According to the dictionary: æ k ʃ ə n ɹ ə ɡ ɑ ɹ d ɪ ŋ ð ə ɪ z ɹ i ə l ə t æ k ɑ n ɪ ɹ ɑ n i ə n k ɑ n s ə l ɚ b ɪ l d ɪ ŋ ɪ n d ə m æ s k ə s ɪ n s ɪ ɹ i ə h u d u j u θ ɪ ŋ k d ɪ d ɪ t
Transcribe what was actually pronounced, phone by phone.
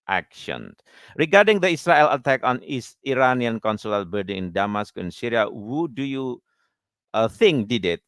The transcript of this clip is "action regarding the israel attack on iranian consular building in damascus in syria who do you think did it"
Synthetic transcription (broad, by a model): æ k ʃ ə n ɹ ə ɡ ɑ ɹ d ɪ ŋ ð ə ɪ s ɹ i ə l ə t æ k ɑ n ɪ ɹ ɑ n i ə n k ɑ n s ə l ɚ b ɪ d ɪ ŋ ɪ n d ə m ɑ s k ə ɪ n s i ɹ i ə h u d u j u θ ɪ ŋ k d ɪ d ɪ t